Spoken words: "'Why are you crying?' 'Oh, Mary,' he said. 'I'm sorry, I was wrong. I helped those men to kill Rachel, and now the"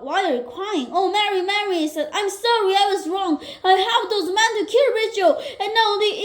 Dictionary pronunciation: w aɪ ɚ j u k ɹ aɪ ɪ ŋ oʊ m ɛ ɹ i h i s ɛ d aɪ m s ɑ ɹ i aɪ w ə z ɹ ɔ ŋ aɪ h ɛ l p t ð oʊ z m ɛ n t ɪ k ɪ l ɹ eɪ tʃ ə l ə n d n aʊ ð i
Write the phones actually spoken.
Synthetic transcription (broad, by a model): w aɪ ɚ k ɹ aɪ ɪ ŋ oʊ m ɛ ɹ i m i s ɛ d aɪ m s ɑ ɹ i aɪ w ə z ɹ ɔ ŋ aɪ h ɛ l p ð oʊ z m ɛ n t ɪ k ɪ l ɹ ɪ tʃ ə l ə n n aʊ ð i